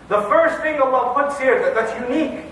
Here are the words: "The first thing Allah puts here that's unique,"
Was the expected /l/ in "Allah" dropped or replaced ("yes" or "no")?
yes